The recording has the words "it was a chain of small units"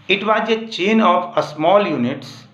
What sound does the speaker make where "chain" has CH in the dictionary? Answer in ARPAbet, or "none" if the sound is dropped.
CH